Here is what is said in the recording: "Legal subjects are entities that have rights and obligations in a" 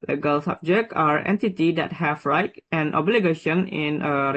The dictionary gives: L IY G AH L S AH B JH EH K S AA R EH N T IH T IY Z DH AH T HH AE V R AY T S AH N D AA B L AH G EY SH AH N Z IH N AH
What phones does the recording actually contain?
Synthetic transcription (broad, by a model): L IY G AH L S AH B JH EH K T AA R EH N T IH T IY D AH T HH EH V R AY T AH N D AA B L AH G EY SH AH N IH N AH